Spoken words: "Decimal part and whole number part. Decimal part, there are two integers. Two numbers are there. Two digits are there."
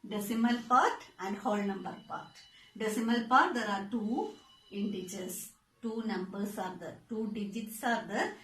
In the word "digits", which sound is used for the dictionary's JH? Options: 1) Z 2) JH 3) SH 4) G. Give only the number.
2